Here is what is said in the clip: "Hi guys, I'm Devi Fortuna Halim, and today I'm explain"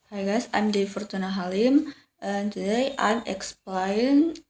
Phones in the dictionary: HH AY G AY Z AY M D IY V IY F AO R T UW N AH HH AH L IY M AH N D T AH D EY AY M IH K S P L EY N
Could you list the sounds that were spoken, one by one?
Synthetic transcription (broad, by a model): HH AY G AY S AY M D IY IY F AO R T UW N AH HH AH L IY M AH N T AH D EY AY M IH K S P L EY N